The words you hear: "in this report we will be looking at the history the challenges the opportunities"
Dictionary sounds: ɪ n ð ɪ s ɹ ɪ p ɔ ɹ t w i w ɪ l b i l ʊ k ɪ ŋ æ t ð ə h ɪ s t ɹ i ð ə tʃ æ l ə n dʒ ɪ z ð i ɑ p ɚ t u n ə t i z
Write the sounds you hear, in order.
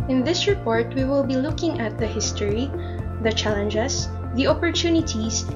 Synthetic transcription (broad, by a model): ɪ n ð ɪ s ɹ ɪ p ɔ ɹ t w i w ɪ l b i l ʊ k ɪ ŋ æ t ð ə h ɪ s t ɹ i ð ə tʃ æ l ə n dʒ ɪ s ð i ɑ p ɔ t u n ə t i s